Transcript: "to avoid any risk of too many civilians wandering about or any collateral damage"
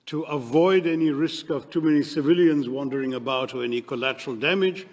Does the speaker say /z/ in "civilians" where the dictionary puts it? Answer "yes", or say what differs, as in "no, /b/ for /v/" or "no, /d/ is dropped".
yes